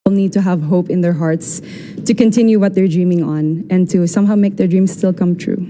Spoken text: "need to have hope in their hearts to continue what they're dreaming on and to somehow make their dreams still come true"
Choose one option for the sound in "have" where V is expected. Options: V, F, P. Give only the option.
V